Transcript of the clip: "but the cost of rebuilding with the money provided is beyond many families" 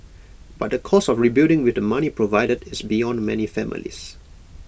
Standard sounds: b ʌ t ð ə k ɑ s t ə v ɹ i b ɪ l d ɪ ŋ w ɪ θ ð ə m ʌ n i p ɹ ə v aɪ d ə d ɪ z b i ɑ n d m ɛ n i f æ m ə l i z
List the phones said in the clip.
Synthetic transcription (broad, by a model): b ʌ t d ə k ɑ s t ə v ɹ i b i d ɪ ŋ w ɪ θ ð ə m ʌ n i p ɹ ə v aɪ d ə d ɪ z b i ɑ n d m ɛ n i f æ m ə l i s